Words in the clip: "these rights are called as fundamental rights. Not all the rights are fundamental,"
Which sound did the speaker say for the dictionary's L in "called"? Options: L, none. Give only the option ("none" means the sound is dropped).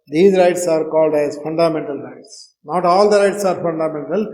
L